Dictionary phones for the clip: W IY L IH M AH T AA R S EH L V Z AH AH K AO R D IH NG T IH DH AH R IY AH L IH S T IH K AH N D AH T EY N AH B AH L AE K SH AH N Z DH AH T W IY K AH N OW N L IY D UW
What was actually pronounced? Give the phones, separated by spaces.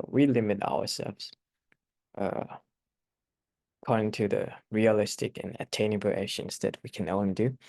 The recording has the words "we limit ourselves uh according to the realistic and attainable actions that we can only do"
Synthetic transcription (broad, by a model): W IY L IH M AH T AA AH S EH L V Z AH AH K AO R D IH NG T IH DH AH R IY AH L IH S T IH K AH N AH T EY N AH B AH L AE SH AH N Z DH AH T W IY K AH N OW N L IY D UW